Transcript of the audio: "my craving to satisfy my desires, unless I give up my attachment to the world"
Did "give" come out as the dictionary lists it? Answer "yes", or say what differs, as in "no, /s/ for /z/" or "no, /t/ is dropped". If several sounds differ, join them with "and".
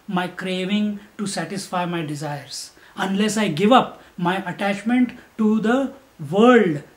yes